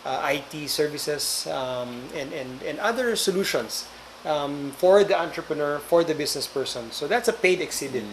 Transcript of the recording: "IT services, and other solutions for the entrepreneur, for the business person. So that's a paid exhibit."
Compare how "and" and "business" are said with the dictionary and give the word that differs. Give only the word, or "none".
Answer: business